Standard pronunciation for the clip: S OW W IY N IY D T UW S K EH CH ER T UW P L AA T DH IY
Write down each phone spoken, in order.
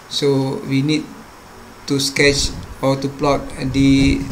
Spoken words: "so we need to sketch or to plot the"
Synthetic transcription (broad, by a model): S OW W IY N IY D T UW S K EH CH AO T UW P L AA T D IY